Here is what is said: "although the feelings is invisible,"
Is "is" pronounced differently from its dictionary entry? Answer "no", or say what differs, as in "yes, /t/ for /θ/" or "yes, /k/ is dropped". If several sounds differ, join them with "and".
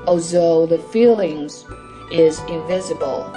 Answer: no